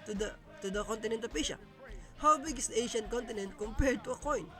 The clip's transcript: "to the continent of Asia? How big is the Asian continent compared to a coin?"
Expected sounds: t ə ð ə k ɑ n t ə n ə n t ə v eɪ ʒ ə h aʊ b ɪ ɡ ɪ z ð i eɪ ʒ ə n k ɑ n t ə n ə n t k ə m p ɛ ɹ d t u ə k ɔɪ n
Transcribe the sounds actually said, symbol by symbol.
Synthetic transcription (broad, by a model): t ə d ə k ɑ n t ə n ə n t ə p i ʃ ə h aʊ b ɪ ɡ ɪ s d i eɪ ʃ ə n k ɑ n t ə n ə n t k ə m p ɛ ɹ d t u ə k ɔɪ n